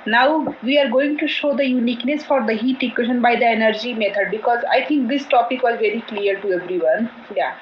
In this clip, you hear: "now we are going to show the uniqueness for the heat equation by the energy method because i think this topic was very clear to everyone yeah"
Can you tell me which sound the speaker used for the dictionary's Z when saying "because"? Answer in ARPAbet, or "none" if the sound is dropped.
Z